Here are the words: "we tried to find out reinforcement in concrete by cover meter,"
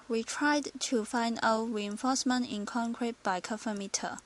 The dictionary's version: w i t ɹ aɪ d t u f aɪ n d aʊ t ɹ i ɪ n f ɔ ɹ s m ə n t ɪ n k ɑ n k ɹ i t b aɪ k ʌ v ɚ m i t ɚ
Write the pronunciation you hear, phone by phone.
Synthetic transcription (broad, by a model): w i t ɹ aɪ d t u f aɪ n d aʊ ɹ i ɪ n f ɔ s m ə n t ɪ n k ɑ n k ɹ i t b aɪ k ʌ f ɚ m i t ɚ